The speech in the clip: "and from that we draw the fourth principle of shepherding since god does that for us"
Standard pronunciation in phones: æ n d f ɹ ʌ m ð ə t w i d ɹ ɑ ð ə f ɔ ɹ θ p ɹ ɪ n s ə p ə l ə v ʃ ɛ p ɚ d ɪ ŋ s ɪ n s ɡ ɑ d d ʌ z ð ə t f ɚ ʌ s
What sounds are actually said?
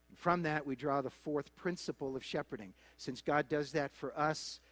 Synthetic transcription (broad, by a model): n f ɹ ʌ m ð ə t w i d ɹ ɑ ð ə f ɔ ɹ θ p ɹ ɪ n s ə p l ə v ʃ ɛ p ɚ d ɪ ŋ s ɪ n s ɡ ɑ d d ʌ z ð ə t f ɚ ʌ s